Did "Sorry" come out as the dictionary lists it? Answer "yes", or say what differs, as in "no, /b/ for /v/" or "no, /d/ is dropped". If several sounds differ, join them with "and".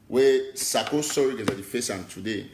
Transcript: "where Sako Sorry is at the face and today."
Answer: no, /w/ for /ɹ/